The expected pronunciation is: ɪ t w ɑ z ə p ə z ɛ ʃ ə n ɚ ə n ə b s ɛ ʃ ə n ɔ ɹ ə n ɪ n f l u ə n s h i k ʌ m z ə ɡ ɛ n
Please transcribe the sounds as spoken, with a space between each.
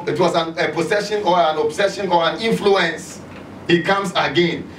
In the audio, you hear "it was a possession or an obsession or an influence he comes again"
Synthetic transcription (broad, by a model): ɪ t w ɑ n ə p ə s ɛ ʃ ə n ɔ ə n ə b s ɛ ʃ ə n ɔ ɹ ə n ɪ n f l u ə n s h i k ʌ m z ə ɡ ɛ n